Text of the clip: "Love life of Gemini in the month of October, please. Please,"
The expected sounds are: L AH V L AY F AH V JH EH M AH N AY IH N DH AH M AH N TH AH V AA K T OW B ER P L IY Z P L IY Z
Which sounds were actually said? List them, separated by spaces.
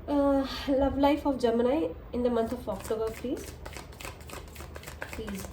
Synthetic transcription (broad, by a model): L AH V L AY F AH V JH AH M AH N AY IH N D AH M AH N T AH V AA K T OW B ER P L IY Z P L IY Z